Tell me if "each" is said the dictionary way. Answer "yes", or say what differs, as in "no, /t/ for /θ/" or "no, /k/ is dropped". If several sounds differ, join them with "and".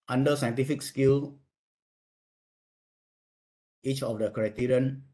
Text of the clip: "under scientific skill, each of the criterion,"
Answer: yes